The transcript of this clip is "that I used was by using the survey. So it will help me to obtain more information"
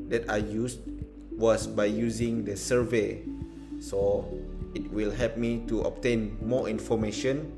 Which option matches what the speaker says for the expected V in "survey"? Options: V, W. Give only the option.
V